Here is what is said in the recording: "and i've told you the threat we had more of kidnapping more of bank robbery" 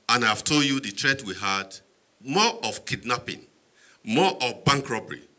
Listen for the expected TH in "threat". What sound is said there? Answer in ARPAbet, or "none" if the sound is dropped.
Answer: T